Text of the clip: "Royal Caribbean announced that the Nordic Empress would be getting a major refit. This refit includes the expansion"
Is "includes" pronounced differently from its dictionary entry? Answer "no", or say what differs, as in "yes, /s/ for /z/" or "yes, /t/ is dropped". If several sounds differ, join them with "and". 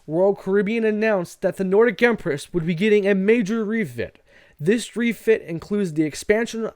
no